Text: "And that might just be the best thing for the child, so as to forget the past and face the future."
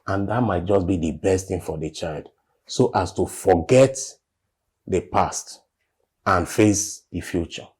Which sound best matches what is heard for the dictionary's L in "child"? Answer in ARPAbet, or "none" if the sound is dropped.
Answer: L